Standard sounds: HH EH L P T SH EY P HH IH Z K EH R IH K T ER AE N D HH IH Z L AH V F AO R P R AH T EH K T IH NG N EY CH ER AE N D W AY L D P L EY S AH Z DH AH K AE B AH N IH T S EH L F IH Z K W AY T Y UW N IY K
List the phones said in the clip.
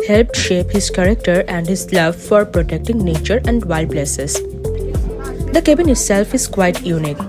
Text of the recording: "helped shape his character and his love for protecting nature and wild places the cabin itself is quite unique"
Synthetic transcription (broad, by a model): HH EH L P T SH EY P HH IH Z K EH R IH K T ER AE N D HH IH Z L AH V F AO R P R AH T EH K T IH NG N EY CH ER AE N D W AY L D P L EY S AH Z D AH K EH B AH N IH T S EH L F IH Z K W AY T Y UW N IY K